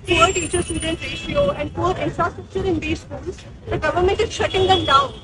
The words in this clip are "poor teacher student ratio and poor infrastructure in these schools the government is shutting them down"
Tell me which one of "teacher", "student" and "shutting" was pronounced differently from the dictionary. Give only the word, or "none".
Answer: none